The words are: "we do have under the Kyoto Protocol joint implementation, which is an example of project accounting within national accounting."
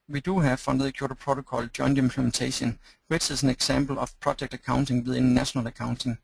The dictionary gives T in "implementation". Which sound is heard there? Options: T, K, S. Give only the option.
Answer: S